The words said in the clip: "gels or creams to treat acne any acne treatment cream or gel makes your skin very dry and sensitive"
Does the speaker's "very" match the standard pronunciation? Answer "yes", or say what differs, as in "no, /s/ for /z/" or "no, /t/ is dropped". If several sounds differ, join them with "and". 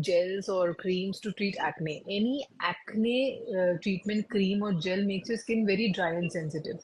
yes